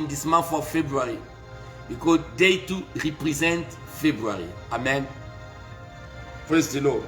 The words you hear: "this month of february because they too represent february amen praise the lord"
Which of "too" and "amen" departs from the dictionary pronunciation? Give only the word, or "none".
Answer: none